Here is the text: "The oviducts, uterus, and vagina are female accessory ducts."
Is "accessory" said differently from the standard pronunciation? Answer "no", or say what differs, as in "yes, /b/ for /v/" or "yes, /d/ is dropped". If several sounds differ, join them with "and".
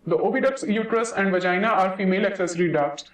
no